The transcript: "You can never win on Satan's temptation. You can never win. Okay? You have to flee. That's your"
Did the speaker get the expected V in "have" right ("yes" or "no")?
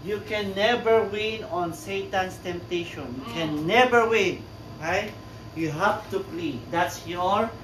no